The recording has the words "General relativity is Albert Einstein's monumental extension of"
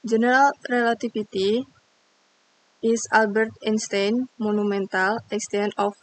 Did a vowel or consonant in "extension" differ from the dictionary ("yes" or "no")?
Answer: yes